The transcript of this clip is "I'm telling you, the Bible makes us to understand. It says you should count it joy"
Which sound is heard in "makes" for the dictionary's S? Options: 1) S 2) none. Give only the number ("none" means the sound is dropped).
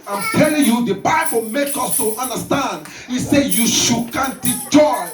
2